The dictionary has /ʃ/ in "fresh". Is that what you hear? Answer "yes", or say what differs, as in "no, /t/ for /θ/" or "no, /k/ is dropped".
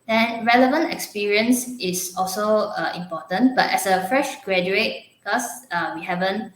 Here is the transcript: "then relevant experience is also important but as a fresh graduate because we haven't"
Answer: yes